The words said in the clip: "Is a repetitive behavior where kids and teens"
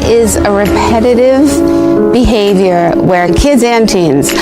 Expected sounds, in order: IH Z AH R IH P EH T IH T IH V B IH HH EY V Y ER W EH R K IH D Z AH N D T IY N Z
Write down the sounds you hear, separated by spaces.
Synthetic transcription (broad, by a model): IH Z AH R IH P EH T IH T IH V B IH HH EY V Y ER W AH R K IH D Z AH N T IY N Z